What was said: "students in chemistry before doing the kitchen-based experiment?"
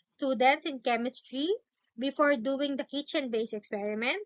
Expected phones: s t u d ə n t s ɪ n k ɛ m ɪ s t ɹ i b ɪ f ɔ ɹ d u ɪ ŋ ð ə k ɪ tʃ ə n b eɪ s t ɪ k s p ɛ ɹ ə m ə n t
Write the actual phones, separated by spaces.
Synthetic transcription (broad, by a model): s t u d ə n t s ɪ n k ɛ m ɪ s t ɹ i b ɪ f ɔ ɹ d u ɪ ŋ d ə k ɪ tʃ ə n b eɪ s ɪ k s p ɛ ɹ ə m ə n t